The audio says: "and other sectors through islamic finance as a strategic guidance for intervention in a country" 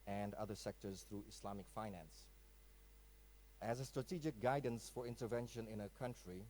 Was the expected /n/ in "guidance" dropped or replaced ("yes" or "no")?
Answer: no